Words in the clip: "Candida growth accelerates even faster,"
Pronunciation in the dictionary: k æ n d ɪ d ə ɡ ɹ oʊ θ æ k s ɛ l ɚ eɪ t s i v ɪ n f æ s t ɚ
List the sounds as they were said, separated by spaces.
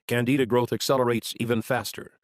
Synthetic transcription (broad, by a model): k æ n d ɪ d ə ɡ ɹ oʊ θ æ k s ɛ l ɚ eɪ t s i v ɪ n f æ s t ɚ